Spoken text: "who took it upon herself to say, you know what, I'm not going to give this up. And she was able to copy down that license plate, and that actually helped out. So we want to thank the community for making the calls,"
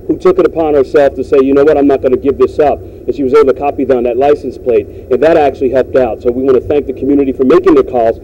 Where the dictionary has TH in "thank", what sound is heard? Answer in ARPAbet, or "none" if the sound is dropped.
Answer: TH